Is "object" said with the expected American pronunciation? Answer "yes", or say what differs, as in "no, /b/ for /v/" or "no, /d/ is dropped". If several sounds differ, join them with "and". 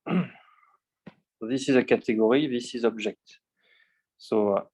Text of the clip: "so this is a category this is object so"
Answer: no, /ʒ/ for /dʒ/